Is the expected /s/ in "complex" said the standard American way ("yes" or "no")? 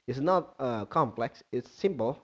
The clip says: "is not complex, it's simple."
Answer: yes